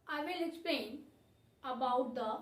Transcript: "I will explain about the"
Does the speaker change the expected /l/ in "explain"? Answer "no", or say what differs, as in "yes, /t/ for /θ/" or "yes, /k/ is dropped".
yes, /l/ is dropped